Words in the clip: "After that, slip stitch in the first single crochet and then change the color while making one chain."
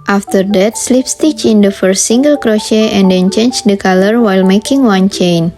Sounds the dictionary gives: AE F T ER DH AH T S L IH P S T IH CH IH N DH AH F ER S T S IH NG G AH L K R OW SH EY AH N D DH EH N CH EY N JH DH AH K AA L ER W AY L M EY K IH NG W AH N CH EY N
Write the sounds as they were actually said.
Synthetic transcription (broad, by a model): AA F T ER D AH T S L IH P S T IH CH IH N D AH F ER S T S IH NG G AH L K R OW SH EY AH N D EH N CH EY N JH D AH K AA L ER W AY L M EY K IH NG W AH N CH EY N